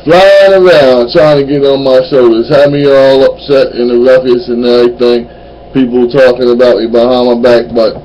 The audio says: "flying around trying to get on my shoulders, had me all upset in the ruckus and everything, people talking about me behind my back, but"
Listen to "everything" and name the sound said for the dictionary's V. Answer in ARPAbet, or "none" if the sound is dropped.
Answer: none